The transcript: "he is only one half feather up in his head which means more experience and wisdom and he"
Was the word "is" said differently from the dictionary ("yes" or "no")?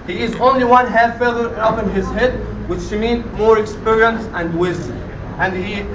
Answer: no